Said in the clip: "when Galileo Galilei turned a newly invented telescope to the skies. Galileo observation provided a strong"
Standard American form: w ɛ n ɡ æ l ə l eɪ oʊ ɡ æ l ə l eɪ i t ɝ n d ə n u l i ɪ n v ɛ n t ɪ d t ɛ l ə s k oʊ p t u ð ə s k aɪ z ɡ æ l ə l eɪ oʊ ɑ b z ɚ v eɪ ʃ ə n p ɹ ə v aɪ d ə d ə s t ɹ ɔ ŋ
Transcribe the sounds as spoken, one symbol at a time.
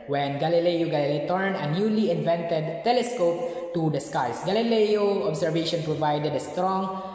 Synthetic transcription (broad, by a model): w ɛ n ɡ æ l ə l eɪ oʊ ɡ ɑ l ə l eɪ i t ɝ n ə n u l i ɪ n v ɛ n t ɪ d t ɛ l ə s k oʊ p t u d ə s k aɪ s ɡ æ l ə l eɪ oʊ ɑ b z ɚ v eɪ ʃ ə n p ɹ ə v aɪ d ə d ə s t ɹ ɔ ŋ